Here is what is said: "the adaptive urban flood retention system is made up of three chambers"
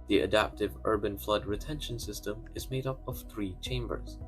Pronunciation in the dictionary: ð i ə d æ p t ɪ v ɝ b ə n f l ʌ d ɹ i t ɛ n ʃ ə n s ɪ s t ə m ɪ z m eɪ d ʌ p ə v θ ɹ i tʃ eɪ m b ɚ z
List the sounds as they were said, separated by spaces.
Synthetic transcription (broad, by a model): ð i ə d æ p t ɪ v ɝ b ə n f l ʌ d ɹ i t ɛ n ʃ ə n s ɪ s t ə m ɪ z m eɪ d ʌ p ə v θ ɹ i tʃ eɪ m b ɚ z